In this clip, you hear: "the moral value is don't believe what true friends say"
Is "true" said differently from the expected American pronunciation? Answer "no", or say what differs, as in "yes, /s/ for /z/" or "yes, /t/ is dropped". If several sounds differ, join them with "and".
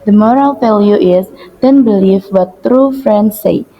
no